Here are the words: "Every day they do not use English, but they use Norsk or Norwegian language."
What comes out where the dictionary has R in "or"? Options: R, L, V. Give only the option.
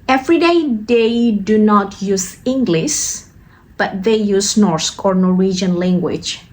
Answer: R